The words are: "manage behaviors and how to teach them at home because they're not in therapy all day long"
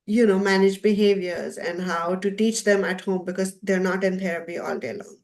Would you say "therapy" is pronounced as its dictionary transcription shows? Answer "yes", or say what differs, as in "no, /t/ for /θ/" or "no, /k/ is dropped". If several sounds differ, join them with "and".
no, /t/ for /θ/